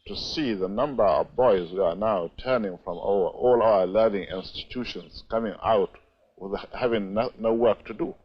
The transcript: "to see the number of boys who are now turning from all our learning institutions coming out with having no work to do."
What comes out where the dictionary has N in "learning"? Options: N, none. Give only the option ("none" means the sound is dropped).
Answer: N